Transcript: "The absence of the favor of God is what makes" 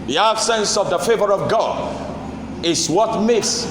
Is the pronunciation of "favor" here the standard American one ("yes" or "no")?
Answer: yes